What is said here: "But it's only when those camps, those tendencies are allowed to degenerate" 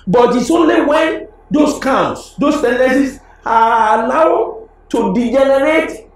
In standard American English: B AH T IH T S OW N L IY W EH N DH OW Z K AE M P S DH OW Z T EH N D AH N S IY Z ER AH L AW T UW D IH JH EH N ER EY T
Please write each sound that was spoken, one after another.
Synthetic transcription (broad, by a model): B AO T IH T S OW N L IY W EH N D OW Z K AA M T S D OW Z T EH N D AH S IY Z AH N AW T UW D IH JH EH N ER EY T